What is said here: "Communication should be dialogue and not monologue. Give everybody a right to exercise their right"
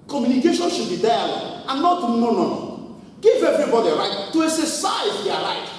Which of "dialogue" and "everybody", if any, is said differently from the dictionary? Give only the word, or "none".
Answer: dialogue